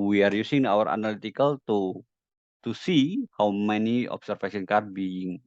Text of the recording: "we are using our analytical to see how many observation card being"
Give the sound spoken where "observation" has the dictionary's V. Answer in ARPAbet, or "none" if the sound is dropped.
F